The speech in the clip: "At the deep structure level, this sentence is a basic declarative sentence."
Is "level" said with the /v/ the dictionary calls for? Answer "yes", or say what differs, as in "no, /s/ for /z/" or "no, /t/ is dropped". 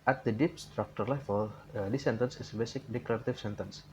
no, /f/ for /v/